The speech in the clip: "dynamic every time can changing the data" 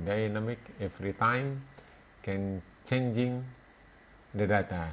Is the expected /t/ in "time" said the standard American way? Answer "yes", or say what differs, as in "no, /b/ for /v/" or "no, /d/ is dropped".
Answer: yes